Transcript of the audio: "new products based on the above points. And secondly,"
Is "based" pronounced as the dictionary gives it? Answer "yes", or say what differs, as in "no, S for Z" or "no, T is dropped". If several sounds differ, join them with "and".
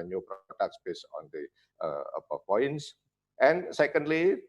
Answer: no, T is dropped